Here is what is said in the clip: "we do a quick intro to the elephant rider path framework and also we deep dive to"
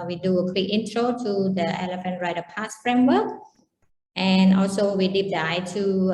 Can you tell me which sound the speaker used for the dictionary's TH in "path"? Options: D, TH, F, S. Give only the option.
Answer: S